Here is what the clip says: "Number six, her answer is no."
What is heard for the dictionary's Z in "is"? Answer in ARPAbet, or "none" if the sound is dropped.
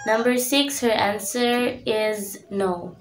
Z